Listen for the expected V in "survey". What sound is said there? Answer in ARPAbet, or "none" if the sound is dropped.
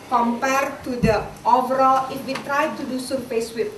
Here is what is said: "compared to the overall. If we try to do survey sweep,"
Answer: P